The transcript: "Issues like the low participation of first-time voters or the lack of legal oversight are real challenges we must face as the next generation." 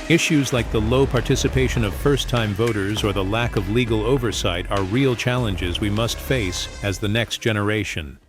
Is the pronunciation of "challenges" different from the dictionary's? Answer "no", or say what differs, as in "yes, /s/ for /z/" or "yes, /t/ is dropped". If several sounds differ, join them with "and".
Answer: no